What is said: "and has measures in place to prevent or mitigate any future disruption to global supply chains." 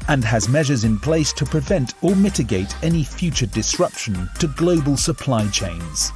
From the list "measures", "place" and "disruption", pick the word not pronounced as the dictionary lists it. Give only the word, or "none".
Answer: none